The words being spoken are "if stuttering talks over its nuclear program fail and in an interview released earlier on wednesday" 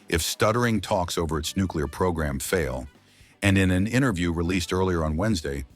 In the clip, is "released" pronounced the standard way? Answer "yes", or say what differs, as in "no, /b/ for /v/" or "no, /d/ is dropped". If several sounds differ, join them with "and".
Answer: yes